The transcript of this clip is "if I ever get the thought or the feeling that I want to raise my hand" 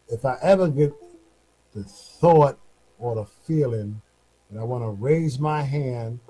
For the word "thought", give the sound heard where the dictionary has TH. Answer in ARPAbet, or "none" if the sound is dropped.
TH